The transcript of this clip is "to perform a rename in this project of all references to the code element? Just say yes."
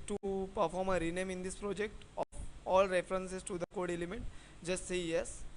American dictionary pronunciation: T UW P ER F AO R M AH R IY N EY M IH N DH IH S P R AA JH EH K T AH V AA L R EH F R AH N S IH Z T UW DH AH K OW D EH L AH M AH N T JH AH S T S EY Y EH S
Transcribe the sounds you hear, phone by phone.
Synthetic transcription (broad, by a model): T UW P ER F AO R M AH R IY N EY M IH N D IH S P R AA JH EH K T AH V AA L R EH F R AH N S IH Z T UW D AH K OW D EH L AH M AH T JH AH S T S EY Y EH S